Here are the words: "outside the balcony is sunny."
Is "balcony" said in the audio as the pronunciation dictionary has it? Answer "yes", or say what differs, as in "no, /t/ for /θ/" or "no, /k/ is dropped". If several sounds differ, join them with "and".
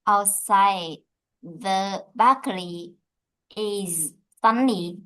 no, /l/ is dropped and /l/ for /n/